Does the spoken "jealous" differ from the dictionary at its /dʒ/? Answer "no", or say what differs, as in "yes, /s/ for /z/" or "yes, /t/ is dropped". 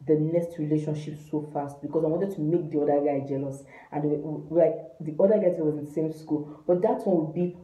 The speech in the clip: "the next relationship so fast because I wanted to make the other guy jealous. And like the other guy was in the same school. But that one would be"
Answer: no